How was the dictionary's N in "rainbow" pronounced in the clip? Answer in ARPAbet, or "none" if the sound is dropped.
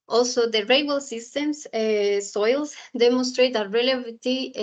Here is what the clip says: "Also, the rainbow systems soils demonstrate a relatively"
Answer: none